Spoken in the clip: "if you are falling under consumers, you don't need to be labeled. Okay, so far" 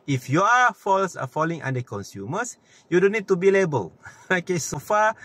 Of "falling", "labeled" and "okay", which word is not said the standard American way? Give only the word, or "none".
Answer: labeled